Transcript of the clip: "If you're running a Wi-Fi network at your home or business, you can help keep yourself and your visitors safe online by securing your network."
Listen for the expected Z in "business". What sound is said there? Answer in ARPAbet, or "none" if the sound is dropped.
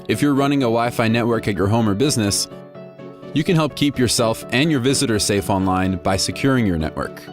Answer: Z